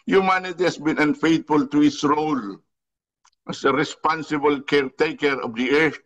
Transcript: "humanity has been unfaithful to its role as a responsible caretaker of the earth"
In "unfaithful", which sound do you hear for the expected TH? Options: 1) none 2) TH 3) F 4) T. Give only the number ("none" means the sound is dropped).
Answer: 4